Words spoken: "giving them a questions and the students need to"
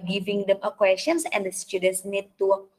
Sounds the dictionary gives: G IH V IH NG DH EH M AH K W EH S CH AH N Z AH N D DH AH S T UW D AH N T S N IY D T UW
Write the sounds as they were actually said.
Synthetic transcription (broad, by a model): G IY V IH NG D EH M AH K W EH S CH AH N S AH N D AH S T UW D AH N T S N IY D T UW